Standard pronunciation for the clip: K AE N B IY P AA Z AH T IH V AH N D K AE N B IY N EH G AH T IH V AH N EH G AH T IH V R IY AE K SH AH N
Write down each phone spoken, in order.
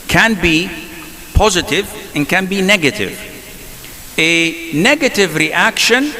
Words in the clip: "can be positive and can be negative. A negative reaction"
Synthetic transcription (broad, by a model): K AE N B IY P AA Z AH T IH V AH N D K AE N B IY N EH G AH T IH V AH N EH G AH T IH V R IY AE K SH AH N